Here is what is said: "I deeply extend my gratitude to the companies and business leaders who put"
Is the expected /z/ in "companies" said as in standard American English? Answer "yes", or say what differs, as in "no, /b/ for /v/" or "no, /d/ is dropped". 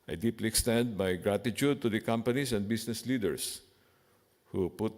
no, /s/ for /z/